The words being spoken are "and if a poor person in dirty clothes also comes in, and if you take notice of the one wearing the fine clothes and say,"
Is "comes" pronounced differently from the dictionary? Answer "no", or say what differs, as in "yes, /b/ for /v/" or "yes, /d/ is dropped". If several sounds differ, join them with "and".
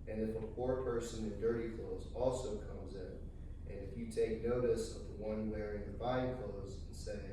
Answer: no